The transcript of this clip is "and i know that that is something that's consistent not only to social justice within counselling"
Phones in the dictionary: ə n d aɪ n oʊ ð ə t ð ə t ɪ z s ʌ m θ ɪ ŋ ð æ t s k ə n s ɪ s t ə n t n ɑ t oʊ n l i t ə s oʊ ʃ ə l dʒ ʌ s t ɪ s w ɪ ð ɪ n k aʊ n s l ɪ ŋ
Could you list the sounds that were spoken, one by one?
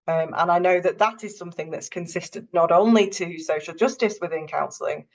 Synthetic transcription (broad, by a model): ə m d aɪ n oʊ ð ə t ð ə t ɪ z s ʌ m θ ɪ ŋ ð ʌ t s k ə n s ɪ s t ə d n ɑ t oʊ n l i t ə s oʊ ʃ ə l dʒ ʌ s t ɪ s w ɪ ð ɪ n k aʊ n s l ɪ ŋ